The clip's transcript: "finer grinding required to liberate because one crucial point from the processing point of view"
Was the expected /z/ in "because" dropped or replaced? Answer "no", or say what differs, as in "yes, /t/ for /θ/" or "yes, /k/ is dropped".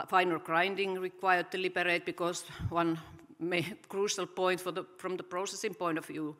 yes, /s/ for /z/